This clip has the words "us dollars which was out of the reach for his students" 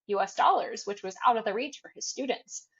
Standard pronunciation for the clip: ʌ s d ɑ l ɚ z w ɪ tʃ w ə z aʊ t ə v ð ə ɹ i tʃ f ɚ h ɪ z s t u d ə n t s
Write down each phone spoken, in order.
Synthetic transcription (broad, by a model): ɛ s d ɑ l ɚ z w ɪ tʃ w ə z aʊ t ə v ð ə ɹ i tʃ f ɚ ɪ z s t u d n t s